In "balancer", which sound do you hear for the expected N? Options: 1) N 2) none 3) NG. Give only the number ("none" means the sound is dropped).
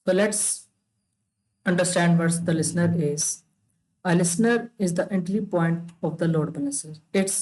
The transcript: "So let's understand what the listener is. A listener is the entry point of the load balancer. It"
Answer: 2